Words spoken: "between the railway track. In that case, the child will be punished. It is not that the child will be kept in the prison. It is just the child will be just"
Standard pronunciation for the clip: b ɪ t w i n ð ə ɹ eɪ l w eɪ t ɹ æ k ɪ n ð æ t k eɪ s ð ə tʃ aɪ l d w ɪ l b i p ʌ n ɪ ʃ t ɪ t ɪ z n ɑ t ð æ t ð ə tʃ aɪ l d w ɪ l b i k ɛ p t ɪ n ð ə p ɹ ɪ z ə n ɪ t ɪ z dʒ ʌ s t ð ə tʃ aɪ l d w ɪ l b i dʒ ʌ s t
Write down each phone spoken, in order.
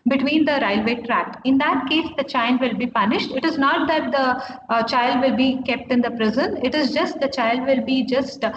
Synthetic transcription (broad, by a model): b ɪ t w i n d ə ɹ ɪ l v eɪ t ɹ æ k ɪ n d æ t k eɪ s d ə tʃ aɪ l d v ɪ l b i p ʌ n ɪ ʃ t ɪ t ɪ z n ɑ t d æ t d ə tʃ aɪ l d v ɪ l b i k ɛ p t ɪ n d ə p ɹ ɪ z ə n ɪ t ɪ z dʒ ʌ s t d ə tʃ aɪ l d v ɪ l b i dʒ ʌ s t